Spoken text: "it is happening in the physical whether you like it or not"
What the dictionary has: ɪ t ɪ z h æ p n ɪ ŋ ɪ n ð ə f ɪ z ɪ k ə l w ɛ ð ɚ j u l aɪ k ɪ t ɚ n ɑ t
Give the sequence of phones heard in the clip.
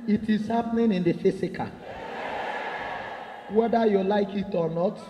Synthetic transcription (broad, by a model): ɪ t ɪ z h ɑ p n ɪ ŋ ɪ n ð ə f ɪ s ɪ k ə w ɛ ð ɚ j u l aɪ k ɪ t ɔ n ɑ t